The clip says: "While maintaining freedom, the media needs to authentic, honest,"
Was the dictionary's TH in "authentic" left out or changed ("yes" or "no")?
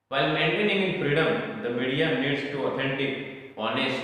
yes